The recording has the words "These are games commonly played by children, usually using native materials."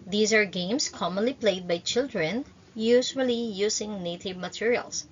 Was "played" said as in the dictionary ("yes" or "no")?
yes